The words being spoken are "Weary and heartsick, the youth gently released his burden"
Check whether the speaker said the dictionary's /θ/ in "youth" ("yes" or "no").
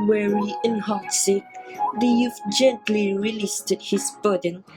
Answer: no